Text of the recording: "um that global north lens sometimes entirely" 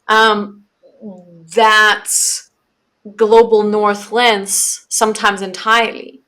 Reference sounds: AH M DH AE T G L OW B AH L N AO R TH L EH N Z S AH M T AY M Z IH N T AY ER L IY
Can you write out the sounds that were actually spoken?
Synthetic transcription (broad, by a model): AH M DH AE T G L OW B L N AO R TH L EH N S AH M T AY M Z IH N T AY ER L IY